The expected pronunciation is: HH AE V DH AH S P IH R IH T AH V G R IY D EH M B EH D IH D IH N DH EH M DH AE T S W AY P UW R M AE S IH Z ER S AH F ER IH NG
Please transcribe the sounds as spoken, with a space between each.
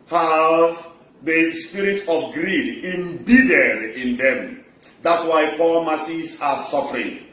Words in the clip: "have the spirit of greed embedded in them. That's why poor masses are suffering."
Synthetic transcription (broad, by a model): HH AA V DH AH S P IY R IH T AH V G R IY D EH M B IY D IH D IH N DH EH M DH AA T S W AY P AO L M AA S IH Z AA S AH F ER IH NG